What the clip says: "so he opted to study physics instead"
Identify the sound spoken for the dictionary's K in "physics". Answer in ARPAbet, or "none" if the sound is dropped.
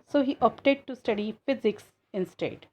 K